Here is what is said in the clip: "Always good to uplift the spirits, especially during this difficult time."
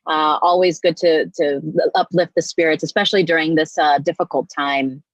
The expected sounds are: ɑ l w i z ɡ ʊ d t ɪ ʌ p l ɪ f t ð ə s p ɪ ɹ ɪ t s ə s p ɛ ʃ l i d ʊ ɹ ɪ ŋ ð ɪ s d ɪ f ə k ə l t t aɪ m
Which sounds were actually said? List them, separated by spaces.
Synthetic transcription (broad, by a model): ɑ l w i z ɡ ʊ d t ɪ ʌ p l ɪ f t ð ə s p ɪ ɹ ɪ t s ə s p ɛ ʃ l i d ʊ ɹ ɪ ŋ ð ɪ s d ɪ f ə k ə l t t aɪ m